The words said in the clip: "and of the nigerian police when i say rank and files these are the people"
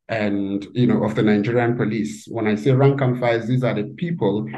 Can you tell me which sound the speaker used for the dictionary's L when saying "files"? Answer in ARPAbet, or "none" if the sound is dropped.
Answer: none